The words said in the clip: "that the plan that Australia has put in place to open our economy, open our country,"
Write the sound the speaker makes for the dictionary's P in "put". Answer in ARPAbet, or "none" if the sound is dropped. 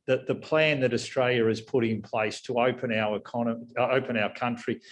P